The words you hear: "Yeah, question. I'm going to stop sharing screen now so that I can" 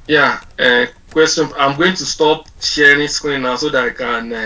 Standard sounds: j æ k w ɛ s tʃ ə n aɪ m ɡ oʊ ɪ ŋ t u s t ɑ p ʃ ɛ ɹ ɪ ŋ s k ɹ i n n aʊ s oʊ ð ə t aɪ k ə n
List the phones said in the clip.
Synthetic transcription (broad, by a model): j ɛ k w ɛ s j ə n aɪ m ɡ oʊ ɪ ŋ t u s t ɑ p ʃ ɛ ɹ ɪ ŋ s k i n n aʊ s oʊ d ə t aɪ k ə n